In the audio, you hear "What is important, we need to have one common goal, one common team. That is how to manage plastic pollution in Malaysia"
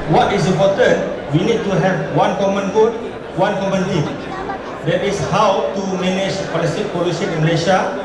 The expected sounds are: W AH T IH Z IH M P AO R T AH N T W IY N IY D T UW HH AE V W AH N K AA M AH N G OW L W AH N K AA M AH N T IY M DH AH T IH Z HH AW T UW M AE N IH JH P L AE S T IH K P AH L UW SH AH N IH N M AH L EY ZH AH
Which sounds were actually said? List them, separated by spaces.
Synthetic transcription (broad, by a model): W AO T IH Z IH M P AO T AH N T W IY N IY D T UW HH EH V W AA N K AA M AH N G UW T W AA N K AA M AH N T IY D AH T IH S HH AW T UW M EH N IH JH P L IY S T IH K P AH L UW S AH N IH N M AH L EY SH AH